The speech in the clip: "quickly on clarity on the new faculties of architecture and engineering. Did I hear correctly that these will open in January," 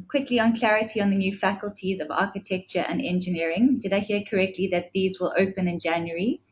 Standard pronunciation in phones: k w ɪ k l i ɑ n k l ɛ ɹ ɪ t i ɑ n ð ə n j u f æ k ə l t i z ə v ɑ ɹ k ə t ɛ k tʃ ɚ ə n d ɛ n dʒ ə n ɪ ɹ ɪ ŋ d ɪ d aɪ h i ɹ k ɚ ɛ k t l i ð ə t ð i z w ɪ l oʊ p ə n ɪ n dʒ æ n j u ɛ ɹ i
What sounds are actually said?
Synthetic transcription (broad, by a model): k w ɪ k l i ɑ n k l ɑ ɹ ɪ t i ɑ n ð ə n j u f æ k ə l t i z ə v ɑ k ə t ɛ k tʃ ɚ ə n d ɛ n dʒ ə n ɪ ɹ ɪ ŋ d ɪ d aɪ h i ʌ k ɚ ɛ k t l i ð ə t ð i z w ɪ l oʊ p ə n ɪ n dʒ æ n j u ɹ i